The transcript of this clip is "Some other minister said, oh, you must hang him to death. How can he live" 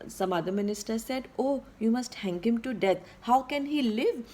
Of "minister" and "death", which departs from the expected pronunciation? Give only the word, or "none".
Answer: death